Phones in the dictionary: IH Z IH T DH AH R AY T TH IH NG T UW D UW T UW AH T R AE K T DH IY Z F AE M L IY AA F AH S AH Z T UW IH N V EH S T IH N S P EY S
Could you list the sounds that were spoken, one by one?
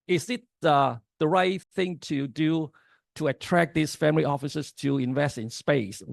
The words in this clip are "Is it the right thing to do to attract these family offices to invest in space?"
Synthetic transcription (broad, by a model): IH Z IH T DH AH R AY T TH IH NG T UW D UW T UW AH T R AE K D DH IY S F AE M L IY AA F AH S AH S T UW IH N V EH S T IH N S P EY S